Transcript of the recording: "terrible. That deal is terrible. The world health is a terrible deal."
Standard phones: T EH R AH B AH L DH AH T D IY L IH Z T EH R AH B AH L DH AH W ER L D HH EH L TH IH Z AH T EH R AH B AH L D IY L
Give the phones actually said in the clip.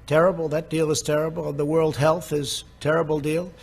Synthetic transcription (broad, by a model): T EH R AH B L DH AH T D IY L IH Z T EH R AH B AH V DH AH W ER L D HH EH L TH IH Z T EH R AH B L D IY L